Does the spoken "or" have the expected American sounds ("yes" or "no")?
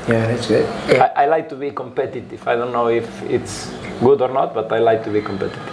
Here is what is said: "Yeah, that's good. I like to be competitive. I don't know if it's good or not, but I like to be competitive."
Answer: yes